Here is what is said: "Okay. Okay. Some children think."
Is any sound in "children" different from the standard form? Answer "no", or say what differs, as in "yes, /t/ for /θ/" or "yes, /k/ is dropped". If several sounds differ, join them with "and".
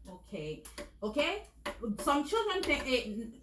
no